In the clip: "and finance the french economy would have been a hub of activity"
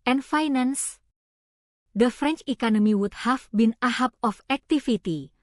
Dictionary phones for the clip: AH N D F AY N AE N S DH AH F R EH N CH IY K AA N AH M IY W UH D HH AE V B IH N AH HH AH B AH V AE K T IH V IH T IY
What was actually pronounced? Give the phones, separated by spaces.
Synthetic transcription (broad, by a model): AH N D F AY N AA N S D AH F R EH N CH IY K AA N AH M IY W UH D HH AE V B IH N AH HH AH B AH F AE K T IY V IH T IY